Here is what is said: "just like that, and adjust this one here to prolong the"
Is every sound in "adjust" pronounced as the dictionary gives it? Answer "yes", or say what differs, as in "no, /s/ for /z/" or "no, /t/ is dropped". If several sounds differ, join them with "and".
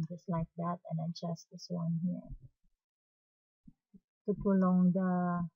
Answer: no, /tʃ/ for /dʒ/